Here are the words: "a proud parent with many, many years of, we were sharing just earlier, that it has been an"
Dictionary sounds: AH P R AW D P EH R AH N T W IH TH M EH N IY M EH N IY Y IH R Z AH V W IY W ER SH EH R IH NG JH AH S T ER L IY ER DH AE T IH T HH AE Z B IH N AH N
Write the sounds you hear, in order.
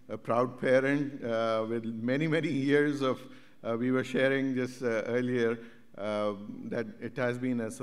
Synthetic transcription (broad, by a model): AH P R AW D P EH R AH N T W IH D M EH N IY M EH N IY Y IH R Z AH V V IY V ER SH EH R IH NG JH AH S T ER L IY ER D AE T IH T HH AE Z B IH N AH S